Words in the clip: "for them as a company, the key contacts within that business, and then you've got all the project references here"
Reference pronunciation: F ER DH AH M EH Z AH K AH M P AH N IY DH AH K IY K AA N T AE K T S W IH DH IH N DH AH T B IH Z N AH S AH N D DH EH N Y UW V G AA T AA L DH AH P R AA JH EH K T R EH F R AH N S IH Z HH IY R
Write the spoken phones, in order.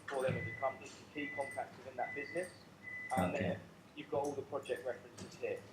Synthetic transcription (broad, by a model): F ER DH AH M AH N AH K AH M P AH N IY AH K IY K AA N T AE K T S W IH DH IH N DH AH T B IH Z N AH S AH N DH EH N Y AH V G AA T AA L DH AH P R AA JH EH K T R EH F R AH N S IH Z HH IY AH